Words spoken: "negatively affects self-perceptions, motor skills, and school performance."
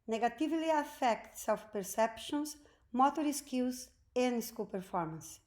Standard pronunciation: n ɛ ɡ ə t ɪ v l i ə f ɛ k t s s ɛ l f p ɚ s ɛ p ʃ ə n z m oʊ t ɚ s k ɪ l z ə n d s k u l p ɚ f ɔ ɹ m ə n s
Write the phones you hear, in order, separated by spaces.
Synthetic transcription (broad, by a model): n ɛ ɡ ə t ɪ v l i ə f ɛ k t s s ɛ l f p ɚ s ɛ p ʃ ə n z m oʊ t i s k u z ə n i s k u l p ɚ f ɔ ɹ m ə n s